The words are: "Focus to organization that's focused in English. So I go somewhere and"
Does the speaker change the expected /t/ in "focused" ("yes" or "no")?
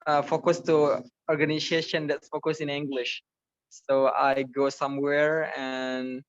yes